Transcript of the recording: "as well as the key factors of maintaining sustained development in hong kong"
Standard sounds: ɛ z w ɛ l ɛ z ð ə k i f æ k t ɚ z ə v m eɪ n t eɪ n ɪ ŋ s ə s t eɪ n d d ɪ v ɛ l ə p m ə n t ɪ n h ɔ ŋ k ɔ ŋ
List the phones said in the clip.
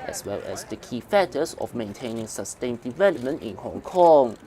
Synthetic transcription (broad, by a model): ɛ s w ɛ l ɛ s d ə k i f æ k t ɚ s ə f m eɪ n t eɪ n ɪ ŋ s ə s t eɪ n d d ɪ v ɛ l ə p m ə n t ɪ n h ɔ ŋ k ɔ ŋ